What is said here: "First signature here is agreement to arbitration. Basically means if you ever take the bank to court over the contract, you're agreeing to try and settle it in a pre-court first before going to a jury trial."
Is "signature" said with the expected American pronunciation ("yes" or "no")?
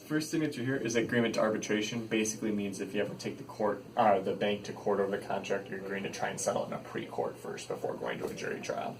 no